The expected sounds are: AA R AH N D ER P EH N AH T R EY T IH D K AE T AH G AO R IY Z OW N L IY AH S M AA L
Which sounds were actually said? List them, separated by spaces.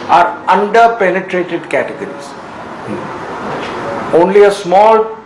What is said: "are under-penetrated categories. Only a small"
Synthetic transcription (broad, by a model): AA R AH N D ER P EH N AH T R EY T IH D K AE T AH G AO R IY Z OW N L IY AH S M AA L